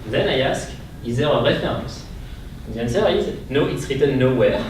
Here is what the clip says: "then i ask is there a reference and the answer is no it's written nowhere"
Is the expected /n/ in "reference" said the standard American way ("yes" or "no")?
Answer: no